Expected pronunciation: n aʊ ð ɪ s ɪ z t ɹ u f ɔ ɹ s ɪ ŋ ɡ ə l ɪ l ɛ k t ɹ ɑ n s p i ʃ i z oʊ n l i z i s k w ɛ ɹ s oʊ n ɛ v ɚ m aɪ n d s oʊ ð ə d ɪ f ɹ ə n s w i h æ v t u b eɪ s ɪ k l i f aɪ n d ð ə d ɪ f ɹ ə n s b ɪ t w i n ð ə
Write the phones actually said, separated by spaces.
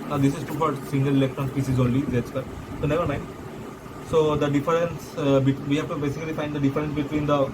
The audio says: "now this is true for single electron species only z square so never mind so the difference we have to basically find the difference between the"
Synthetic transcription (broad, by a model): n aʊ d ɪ s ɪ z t u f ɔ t s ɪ ŋ ɡ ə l ɪ l ɛ k t ɹ ɑ n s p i s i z oʊ n l i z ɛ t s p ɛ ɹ s oʊ n ɛ v ɚ m aɪ n d s oʊ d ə d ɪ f ɹ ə n s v i h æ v t u b eɪ s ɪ k l i f aɪ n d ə d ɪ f ɹ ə n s b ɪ t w i n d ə